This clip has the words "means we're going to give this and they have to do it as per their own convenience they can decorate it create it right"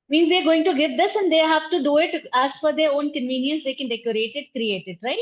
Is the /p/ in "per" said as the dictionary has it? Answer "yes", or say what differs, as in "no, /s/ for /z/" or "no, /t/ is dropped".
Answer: no, /f/ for /p/